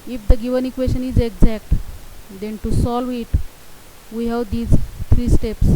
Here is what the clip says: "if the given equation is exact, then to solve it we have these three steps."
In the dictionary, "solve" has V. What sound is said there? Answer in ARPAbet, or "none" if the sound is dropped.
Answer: V